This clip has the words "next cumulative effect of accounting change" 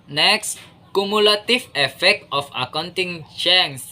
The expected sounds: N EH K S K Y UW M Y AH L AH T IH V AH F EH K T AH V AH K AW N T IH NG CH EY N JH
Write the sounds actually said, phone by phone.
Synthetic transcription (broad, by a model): N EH K S K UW M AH L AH T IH F AH F EH K T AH F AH K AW N T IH NG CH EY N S